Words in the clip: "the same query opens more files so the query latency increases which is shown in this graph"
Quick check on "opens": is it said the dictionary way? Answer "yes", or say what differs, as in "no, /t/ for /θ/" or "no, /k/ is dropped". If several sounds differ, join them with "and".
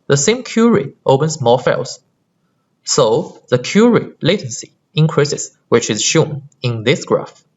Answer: no, /s/ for /z/